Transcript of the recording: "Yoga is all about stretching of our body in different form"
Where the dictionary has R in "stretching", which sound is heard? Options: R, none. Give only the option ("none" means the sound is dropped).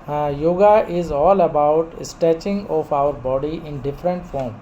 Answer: none